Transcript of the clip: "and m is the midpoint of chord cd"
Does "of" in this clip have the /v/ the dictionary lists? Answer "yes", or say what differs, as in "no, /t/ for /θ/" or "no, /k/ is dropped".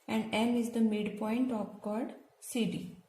no, /p/ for /v/